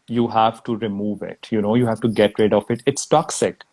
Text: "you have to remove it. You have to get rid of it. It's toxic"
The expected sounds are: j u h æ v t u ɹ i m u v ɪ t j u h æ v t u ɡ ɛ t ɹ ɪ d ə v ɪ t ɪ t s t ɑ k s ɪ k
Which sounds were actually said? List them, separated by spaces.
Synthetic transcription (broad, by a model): j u h æ v t u ɹ i m u v ɪ t j u h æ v t u ɡ ɛ t ɹ ɪ d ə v ɪ t ɪ t s t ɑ k s ɪ k